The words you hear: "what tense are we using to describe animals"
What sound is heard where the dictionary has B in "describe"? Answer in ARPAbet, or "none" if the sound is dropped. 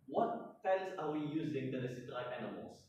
none